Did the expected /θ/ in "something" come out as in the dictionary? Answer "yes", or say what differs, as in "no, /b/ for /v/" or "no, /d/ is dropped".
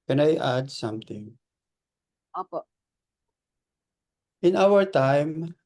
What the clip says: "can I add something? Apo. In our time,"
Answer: no, /t/ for /θ/